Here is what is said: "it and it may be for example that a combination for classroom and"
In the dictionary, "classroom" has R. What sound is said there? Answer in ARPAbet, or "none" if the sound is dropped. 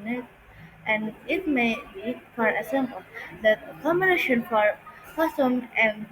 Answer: none